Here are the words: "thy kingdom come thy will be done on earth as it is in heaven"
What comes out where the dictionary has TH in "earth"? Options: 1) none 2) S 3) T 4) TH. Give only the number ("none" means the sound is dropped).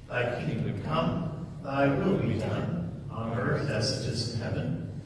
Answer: 4